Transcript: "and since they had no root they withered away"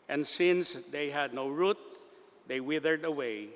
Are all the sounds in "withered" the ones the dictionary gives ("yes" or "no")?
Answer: yes